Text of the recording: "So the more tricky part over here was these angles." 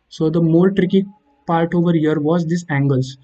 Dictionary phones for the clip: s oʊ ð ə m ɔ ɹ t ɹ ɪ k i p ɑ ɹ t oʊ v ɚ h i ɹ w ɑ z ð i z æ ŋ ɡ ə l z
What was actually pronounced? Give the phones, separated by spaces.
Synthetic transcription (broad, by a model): s oʊ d ə m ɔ l t ɹ ɪ k i p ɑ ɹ t oʊ v ɚ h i ɹ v ɑ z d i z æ ŋ ɡ ə l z